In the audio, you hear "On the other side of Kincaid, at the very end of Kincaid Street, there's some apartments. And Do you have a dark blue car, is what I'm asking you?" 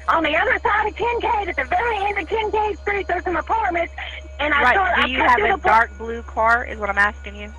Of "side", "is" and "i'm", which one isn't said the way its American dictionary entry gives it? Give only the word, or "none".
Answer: none